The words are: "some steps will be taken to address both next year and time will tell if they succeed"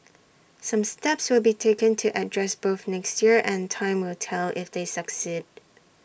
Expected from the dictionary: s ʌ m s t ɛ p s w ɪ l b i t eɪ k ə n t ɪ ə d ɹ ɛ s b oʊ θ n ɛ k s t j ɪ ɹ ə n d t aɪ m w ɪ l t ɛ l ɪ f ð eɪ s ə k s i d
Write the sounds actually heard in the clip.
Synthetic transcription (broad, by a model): s ʌ m s t ɛ p s w ɪ l b i t eɪ k ə n t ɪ ə d ɹ ɛ s b oʊ θ n ɛ k s t j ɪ ɹ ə n t aɪ m w ɪ l t ɛ l ɪ f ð eɪ s ə k s i d